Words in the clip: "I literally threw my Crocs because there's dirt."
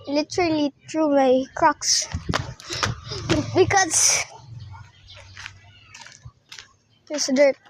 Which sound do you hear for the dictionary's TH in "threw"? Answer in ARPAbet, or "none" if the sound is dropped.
T